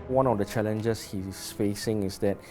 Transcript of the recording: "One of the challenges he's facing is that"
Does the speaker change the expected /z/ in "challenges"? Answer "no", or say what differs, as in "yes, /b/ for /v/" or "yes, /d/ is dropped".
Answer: yes, /s/ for /z/